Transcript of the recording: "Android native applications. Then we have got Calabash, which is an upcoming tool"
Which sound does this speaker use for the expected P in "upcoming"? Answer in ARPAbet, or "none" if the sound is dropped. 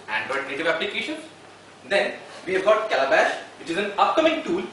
P